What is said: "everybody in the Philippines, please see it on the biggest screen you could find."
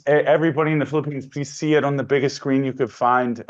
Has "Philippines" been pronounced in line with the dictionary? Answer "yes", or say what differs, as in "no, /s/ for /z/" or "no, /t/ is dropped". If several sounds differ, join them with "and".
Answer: yes